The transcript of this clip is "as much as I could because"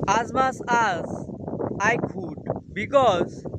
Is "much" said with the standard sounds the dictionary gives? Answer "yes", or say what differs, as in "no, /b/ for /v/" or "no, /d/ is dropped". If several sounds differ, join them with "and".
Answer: no, /s/ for /tʃ/